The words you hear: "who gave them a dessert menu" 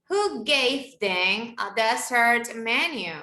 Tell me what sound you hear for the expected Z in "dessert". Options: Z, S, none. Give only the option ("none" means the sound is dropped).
S